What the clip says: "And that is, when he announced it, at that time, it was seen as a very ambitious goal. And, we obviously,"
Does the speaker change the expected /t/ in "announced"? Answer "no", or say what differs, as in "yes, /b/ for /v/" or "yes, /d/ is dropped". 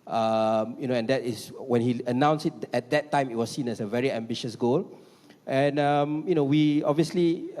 yes, /t/ is dropped